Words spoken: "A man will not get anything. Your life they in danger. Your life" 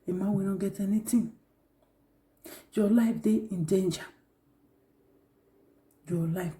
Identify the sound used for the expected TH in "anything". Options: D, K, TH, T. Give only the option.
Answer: T